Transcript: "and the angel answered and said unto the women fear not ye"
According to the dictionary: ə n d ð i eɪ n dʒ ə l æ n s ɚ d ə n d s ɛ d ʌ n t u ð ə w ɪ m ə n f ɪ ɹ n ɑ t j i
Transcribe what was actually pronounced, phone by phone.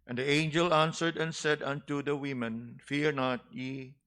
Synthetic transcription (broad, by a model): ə n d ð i eɪ n dʒ ə l æ n s ɚ d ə n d s ɛ d ʌ n t u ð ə w ɪ m ə n f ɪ ɹ n ɑ t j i